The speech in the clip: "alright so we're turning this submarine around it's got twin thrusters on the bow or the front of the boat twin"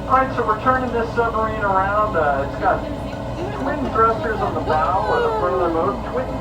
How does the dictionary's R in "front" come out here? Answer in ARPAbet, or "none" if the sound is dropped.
none